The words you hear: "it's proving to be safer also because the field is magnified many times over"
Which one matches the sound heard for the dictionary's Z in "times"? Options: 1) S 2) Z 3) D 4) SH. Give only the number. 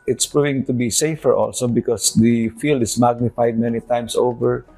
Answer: 1